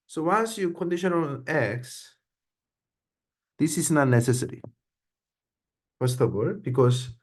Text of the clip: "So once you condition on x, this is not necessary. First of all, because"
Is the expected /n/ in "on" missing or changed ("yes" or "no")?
yes